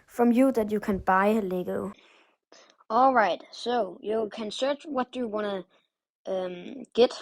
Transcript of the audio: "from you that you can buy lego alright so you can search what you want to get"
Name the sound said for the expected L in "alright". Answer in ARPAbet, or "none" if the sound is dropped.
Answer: L